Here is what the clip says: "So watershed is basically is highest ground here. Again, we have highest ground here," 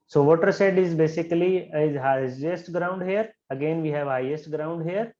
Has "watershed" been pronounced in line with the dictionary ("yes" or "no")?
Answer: no